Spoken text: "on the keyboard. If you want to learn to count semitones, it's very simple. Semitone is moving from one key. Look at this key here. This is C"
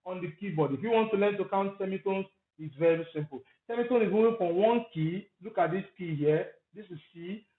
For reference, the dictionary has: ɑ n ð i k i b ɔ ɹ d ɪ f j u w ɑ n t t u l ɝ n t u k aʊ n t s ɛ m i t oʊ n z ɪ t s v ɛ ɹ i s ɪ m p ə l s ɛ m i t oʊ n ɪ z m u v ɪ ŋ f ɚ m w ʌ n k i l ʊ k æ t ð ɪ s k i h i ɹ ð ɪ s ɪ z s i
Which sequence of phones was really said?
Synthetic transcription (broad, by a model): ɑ n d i k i b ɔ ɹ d ɪ f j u w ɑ n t t u l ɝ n t u k aʊ n t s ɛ m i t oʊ n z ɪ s v ɛ ɹ i s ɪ m p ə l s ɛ m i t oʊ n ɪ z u ɪ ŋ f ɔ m w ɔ n k i l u k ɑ t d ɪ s k i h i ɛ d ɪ s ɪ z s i